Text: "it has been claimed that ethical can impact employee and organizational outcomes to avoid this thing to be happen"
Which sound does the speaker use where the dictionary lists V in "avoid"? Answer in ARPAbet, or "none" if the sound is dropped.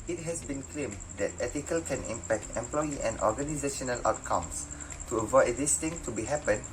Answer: V